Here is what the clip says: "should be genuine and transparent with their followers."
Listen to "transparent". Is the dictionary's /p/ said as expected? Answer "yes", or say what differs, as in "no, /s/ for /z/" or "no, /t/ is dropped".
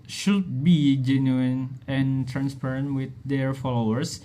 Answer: yes